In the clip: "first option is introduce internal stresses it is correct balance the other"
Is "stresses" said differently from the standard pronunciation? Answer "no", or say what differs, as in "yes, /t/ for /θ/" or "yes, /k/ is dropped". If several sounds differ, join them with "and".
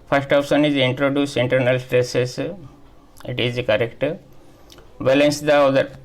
yes, /s/ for /z/